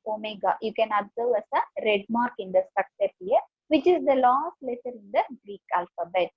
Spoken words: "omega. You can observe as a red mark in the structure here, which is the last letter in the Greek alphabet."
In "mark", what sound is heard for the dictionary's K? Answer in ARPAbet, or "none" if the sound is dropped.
K